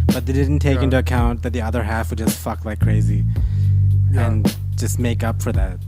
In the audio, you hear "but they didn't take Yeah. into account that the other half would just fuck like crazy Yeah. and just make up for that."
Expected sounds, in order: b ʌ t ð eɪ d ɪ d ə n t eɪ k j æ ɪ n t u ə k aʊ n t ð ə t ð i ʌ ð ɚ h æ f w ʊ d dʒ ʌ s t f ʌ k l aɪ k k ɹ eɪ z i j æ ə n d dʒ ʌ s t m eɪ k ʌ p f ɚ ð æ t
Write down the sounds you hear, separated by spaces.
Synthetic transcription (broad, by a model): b ʌ t ð eɪ d ɪ d n t eɪ k ɪ n t u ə k aʊ n ð ə t ð i ʌ ð ɚ h æ f w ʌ d dʒ ʌ s t f ʌ k l aɪ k k ɹ eɪ z i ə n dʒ ʌ s t m eɪ k ʌ p f ɚ ð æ t